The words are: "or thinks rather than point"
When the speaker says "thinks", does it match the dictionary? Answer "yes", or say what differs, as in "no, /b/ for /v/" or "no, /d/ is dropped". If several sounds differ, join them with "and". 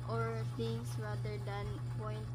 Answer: no, /k/ is dropped